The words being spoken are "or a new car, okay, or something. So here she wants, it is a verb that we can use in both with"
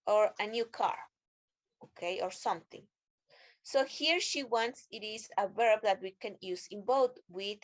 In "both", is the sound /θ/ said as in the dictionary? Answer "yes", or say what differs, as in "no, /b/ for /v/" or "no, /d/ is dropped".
no, /t/ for /θ/